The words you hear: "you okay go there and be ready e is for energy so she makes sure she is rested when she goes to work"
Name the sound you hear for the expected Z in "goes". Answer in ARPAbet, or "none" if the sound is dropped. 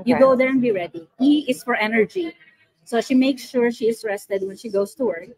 S